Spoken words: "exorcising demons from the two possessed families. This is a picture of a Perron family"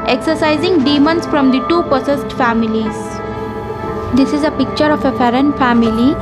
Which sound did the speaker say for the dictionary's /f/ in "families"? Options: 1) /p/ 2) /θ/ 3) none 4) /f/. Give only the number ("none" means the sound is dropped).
4